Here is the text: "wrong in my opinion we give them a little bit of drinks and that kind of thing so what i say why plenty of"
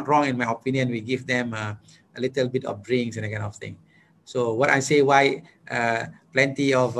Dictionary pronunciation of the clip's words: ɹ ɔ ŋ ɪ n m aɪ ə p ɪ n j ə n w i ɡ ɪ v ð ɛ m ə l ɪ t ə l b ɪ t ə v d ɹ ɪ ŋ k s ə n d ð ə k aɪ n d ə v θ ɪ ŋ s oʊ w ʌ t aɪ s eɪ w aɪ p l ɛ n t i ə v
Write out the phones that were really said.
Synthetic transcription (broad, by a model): ɹ ɔ ŋ ɪ n m aɪ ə p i n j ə n w i ɡ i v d ɛ m ə l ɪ t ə l b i t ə f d ɹ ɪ ŋ s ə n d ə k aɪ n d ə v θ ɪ ŋ s oʊ w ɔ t aɪ s eɪ w aɪ p l ɛ n t i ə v